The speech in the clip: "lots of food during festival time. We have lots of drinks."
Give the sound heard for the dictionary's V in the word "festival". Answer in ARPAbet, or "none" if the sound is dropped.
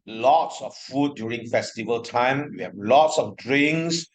V